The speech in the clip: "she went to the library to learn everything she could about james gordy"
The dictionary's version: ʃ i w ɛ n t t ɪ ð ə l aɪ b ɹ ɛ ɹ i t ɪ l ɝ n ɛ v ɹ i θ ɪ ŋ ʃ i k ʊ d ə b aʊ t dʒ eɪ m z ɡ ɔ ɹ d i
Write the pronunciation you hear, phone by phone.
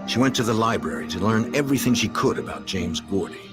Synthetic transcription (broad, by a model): ʃ i w ɛ n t t ɪ ð ə l aɪ b ɹ ɛ ɹ i t ɪ l ɝ n ɛ v ɹ i θ ɪ ŋ ʃ i k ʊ d ə b aʊ t dʒ eɪ m z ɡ ɔ ɹ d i